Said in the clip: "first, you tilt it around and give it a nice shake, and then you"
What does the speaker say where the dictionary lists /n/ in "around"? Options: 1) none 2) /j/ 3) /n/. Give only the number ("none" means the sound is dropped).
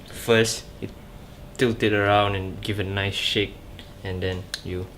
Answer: 3